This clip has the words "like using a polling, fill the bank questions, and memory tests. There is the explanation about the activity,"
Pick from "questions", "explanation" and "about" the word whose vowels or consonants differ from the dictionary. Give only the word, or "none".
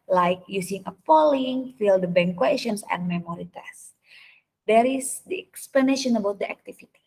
questions